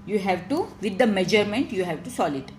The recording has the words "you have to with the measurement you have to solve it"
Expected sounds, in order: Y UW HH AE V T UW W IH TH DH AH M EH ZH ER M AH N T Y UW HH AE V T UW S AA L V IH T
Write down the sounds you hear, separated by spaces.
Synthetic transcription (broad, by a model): Y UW HH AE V T UW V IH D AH M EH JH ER M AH N T Y UW HH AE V T UW S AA L IH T